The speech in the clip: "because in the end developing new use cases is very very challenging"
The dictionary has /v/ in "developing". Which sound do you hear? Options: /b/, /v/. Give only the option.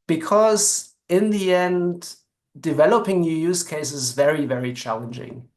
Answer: /v/